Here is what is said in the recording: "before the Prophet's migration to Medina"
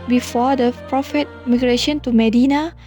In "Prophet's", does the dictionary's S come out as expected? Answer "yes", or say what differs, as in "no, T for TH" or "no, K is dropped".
no, S is dropped